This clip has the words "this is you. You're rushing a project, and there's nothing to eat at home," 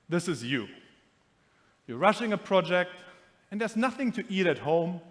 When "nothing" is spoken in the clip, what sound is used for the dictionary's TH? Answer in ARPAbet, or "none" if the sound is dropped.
TH